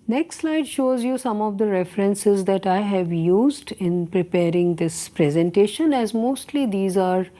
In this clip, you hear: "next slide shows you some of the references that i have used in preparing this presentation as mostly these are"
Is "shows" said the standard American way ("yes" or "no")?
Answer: yes